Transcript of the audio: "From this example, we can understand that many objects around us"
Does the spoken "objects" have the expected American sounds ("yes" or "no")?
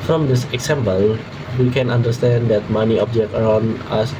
no